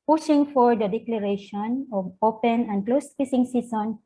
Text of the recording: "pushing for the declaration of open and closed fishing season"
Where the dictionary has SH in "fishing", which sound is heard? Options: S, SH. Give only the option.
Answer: S